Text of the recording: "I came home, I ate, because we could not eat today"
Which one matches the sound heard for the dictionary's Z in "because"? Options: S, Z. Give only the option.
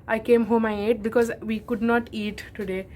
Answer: Z